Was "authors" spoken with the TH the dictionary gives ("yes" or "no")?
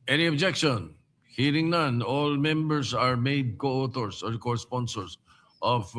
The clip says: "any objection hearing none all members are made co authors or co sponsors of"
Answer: no